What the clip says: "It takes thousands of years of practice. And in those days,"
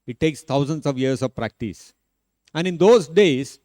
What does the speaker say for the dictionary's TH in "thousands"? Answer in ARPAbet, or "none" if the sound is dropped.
T